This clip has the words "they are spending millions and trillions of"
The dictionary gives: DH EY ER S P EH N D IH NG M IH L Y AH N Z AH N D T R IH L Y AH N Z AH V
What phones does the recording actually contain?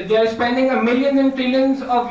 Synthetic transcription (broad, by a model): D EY ER S P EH N D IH NG M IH L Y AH N AH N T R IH L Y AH N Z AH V